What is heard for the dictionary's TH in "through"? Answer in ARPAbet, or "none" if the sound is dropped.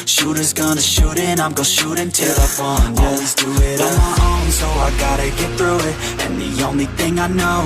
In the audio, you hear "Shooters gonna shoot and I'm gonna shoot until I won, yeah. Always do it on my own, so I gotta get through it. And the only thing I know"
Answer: TH